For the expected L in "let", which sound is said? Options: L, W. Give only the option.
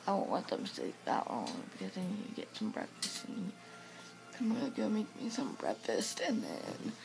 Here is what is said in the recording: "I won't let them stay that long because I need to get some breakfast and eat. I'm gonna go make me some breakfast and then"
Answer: W